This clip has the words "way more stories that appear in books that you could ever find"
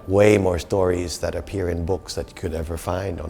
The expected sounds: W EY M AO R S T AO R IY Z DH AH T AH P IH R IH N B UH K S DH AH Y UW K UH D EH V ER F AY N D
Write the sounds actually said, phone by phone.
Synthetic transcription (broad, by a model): W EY M AO R S T AO R IY Z DH AH T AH P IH R IH N B UH K S DH AH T K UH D EH V ER F AY N D